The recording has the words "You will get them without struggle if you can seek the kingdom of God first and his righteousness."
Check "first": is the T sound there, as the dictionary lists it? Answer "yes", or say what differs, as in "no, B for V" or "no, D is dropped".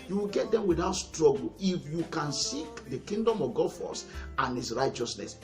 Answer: no, T is dropped